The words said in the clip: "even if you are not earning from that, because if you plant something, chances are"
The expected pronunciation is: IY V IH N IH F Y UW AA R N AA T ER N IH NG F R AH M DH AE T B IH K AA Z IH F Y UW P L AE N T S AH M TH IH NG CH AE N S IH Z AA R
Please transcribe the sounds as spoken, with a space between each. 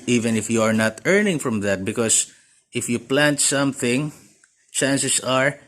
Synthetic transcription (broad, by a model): IY V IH N IH F Y UW AA R N AA T ER N IH NG F R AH M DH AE T B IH K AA S IH F Y UW P L AE N T S AH M TH IH NG CH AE N S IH S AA R